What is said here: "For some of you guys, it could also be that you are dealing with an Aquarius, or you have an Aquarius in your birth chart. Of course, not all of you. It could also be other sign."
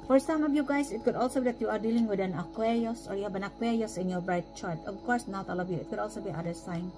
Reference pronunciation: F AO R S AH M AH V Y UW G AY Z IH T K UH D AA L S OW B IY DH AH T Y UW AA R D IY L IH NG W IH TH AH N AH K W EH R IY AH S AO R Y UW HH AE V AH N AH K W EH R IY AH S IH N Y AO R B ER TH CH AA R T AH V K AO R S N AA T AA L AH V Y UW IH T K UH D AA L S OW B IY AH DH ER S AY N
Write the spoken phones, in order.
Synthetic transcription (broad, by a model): F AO R S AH M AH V Y UW G AY S IH T K UH D AA L S OW B IY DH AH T Y UW AA R D IY L IH NG W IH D AH N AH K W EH R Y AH S AO R Y UW HH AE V AH N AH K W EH R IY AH S IH N Y AO R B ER T CH AA R T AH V K AO R S N AA T AA L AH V Y UW IH T K UH D AA L S OW B IY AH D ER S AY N